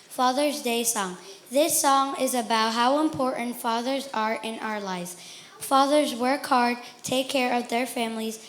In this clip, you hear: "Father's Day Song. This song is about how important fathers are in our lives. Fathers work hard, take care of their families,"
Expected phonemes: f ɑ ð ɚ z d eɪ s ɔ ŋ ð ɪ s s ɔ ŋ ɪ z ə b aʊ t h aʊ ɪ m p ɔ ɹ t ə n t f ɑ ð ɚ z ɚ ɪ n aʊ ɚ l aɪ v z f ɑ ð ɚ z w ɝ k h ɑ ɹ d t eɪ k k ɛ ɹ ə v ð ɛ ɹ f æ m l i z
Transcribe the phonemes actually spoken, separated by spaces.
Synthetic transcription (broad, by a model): f ɑ ð ɚ z d eɪ s ɔ ŋ ð ɪ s s ɔ ŋ ɪ z ə b aʊ t h aʊ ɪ m p ɔ ɹ t n t f ɑ ð ɚ z ɚ ɪ n aʊ ɚ l aɪ v z f ɑ ð ɚ z w ɝ k h ɑ ɹ d t eɪ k k ɛ ɹ ə v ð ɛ ɹ f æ m l i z